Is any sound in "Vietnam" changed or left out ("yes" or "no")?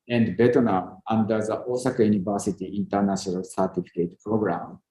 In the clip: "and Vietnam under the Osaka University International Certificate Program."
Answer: yes